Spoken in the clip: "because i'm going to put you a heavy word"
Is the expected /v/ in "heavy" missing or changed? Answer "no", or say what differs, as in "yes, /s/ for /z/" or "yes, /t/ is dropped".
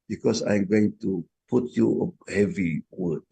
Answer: no